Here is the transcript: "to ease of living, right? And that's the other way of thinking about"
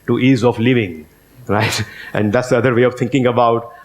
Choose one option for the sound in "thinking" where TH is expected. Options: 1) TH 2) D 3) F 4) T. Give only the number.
4